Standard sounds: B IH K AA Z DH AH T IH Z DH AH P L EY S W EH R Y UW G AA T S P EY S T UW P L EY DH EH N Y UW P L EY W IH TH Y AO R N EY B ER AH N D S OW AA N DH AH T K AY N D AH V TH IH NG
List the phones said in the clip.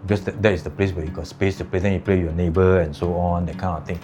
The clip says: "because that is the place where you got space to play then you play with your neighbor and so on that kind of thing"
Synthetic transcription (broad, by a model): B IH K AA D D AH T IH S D AH P L EY S W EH Y UW G AA T S P EY S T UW P L EY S EH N Y UW P L EY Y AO N EY B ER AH N S OW AA N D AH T K AY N AH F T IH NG